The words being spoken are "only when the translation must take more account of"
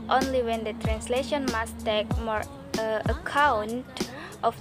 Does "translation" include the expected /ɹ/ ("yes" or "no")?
yes